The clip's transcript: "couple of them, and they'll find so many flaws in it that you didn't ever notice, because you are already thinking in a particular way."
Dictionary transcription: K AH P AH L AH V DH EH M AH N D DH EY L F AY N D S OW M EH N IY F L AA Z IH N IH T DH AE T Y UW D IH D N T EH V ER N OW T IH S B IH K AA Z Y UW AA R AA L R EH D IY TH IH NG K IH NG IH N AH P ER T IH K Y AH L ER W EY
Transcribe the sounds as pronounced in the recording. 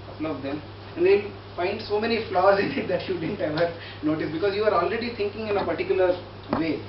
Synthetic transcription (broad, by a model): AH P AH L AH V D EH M AH N D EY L F AY N D S OW M EH N IY F L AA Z IH N IH T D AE T Y UW D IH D N T EH V ER N OW T IH S B IH K AA Z Y UW AA R AA L R EH D IY T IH NG K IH NG IH N AH P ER T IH K Y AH L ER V EY